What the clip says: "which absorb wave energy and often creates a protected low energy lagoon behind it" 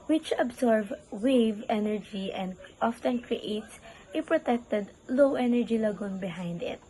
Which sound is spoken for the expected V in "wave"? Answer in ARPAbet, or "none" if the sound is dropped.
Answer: V